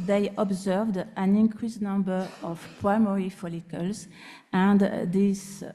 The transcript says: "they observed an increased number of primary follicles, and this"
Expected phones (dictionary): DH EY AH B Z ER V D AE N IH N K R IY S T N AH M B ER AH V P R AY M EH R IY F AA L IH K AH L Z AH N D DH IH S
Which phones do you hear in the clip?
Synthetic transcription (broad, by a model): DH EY AH B Z ER V D AE N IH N K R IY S N AH M B ER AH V P R AY M EH R IY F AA L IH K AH L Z AH N D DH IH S